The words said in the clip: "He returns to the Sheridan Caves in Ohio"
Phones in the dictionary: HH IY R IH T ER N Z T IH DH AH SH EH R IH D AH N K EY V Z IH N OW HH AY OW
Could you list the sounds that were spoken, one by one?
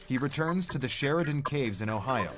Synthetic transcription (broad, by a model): HH IY R IH T ER N Z T IH DH AH SH EH R IH D AH N K EY V Z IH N OW HH AY OW